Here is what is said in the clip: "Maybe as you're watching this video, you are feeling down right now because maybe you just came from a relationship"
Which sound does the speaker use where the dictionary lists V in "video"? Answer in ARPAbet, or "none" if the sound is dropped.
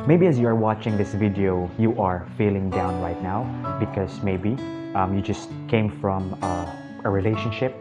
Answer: V